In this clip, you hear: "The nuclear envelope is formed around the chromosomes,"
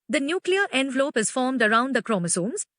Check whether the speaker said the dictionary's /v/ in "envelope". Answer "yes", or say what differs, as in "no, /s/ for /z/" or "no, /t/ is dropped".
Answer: yes